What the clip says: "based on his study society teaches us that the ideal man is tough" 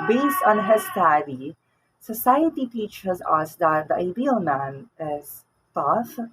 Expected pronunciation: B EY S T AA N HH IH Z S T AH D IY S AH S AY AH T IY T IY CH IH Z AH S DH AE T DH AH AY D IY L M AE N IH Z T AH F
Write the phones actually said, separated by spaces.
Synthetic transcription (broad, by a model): B EY S T AA N HH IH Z S T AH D IY S AH S AY AH T IY T IY CH IH Z AH S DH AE T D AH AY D IY L M AE N IH Z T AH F